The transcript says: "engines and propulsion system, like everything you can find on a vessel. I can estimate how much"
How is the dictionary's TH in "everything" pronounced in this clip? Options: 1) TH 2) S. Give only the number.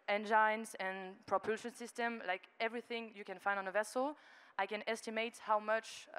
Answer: 1